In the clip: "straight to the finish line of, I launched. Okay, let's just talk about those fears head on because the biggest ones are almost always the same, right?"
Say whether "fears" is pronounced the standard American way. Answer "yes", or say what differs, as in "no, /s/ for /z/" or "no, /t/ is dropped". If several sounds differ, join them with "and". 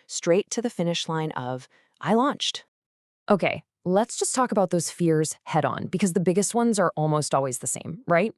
yes